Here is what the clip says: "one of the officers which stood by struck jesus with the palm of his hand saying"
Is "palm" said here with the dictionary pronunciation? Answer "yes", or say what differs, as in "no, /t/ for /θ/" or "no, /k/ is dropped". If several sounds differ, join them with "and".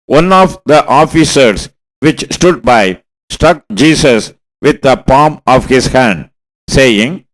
yes